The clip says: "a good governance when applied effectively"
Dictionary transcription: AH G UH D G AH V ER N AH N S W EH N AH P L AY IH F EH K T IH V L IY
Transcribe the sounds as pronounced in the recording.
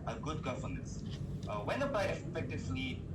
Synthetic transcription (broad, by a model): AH G UH D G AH F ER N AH S W EH N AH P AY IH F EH K T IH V L IY